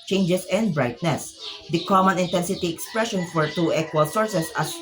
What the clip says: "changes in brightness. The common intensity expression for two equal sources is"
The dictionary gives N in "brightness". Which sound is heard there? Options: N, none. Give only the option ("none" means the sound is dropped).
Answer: N